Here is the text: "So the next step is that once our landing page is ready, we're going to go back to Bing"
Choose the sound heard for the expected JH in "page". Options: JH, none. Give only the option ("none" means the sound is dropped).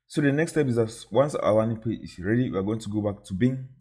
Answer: none